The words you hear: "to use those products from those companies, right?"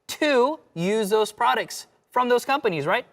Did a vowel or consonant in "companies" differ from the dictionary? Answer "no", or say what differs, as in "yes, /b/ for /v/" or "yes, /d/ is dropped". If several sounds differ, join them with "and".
no